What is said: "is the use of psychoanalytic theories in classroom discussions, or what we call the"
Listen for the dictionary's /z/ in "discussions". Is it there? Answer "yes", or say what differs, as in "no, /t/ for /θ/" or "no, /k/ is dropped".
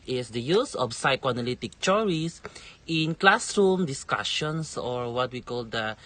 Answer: no, /s/ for /z/